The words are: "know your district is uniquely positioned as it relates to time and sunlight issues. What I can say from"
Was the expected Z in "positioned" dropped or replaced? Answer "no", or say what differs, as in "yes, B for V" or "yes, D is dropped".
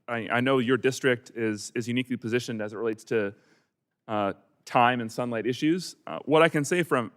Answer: no